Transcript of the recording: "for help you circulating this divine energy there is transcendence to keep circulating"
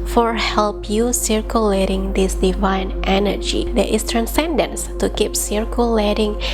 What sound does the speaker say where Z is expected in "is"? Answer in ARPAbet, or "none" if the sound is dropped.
S